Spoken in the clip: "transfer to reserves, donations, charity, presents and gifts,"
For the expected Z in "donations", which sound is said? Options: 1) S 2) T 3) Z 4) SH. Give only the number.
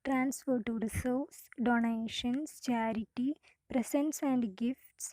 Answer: 1